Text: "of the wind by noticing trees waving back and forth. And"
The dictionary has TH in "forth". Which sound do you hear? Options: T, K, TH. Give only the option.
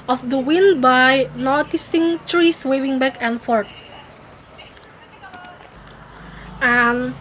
T